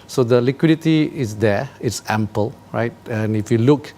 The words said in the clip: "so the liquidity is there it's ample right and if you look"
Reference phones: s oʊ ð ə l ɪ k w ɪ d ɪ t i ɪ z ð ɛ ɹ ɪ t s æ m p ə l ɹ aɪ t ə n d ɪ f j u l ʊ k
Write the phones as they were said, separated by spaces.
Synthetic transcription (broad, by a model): s oʊ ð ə l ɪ k w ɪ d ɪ t i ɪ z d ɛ ɪ t s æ m p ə l ɹ aɪ t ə n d ɪ f j u l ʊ k